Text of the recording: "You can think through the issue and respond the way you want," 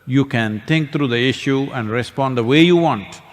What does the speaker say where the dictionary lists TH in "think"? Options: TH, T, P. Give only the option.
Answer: T